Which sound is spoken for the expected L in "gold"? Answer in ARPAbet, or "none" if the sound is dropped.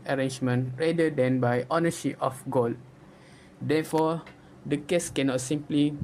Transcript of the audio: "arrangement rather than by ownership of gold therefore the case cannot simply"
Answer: L